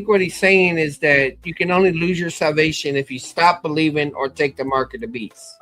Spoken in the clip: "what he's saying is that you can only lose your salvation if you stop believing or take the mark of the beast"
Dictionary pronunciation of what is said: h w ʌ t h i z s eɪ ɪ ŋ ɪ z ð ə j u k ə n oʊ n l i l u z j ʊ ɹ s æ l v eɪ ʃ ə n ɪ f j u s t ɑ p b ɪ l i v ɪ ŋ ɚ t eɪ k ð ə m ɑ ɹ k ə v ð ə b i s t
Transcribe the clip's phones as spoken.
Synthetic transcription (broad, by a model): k w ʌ t h i z s eɪ ɪ ŋ ɪ z ð ə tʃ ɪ k ə n oʊ n l i l u z j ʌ ɹ s æ l v eɪ ʃ ə n ɪ f j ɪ s t ɑ p b ɪ l i v ɪ ŋ ɚ t eɪ k ð ə m ɑ ɹ k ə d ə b i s